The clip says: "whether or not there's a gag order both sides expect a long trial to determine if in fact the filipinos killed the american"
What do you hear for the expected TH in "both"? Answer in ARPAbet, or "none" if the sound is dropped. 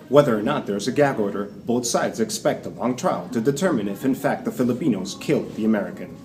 TH